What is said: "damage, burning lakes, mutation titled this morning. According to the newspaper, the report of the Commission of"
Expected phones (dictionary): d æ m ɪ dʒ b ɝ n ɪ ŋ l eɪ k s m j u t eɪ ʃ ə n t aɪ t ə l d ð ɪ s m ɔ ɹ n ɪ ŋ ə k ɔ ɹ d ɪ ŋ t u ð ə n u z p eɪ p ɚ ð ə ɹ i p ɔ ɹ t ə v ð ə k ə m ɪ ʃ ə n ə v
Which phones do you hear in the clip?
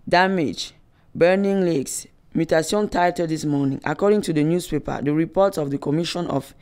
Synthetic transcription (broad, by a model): d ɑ m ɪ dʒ b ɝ n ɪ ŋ l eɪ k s m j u t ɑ s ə n t aɪ t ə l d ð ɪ s m ɔ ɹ n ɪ ŋ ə k ɔ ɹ d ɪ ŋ t u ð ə n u s p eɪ p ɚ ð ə ɹ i p ɔ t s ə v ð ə k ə m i ʃ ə n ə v